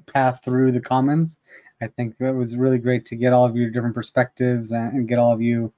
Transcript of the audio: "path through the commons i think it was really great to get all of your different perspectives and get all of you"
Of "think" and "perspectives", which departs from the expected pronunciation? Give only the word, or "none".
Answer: none